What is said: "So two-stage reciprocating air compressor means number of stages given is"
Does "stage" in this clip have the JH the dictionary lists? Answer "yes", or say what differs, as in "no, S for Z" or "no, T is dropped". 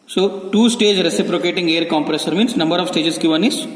yes